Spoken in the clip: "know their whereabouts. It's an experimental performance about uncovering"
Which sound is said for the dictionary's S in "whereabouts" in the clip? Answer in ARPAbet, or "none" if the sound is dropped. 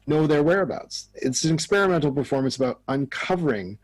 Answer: S